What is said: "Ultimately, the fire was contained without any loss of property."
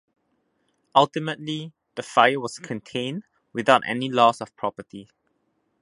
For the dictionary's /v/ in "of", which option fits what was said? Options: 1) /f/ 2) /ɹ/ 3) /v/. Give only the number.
1